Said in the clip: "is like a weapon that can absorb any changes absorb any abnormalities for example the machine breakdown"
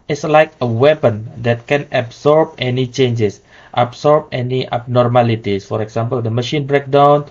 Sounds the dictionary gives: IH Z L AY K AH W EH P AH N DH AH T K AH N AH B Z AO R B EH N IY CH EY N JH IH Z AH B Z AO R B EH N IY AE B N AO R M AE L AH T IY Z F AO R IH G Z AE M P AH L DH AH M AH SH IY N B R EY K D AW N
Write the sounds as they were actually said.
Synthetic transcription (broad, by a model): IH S L AY K AH W EH P AH N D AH T K AH N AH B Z AO R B EH N IY CH EY N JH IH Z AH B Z AO R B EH N IY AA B N AO R M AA L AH T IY S F AO R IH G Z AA M P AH L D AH M AH SH IY N B R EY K D AW N